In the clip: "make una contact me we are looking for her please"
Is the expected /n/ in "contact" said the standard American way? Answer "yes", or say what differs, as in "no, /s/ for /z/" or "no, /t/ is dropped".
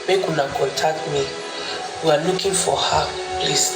no, /n/ is dropped